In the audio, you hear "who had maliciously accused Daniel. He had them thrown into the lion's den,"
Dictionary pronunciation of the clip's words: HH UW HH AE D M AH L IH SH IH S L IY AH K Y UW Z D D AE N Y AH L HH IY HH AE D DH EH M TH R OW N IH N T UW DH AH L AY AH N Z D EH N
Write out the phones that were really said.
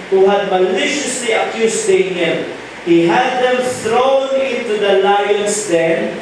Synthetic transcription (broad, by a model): HH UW HH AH D M AH L IH SH IH S L IY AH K Y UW S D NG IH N HH IY HH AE D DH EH M TH R OW N IH N T UW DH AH L AY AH N S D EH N